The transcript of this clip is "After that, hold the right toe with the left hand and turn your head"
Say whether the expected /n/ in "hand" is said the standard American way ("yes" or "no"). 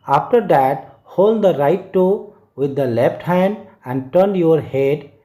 yes